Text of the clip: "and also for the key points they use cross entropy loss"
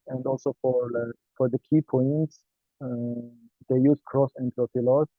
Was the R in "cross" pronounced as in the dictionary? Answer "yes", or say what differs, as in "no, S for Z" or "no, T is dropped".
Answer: yes